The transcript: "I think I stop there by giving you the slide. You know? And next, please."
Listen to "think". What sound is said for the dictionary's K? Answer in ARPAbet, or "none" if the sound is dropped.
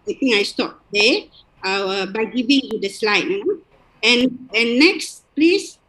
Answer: none